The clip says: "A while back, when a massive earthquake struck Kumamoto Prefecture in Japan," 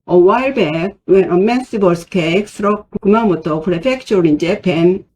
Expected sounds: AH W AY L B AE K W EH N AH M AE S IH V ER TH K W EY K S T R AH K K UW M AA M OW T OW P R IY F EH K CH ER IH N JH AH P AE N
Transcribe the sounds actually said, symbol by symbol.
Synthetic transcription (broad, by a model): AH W AY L B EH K W EH N AH M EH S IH B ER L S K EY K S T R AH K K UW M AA M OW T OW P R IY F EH K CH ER IH N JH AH P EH N